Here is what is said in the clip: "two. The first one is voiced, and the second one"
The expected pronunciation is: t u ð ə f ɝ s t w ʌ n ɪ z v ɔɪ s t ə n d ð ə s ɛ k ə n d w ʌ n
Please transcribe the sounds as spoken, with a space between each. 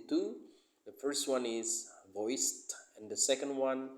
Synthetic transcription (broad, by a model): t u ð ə f ɝ s t w ʌ n ɪ z v ɔɪ s t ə n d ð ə s ɛ k ə n d w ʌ n